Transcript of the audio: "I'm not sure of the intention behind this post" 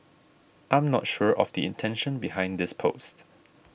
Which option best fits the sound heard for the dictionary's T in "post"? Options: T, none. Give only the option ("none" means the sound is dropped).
T